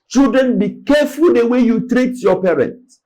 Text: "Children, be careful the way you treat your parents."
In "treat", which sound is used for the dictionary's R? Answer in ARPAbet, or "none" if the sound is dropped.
R